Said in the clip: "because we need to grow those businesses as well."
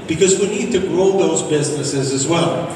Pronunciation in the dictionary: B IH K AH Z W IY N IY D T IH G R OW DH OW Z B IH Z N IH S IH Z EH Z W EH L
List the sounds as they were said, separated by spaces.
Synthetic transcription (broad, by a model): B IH K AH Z W IY N IY D T IH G R OW DH OW Z B IH Z N IH S IH Z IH Z W EH L